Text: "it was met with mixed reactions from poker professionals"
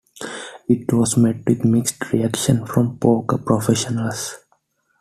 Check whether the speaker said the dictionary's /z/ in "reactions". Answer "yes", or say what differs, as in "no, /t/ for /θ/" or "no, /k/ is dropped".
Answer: no, /z/ is dropped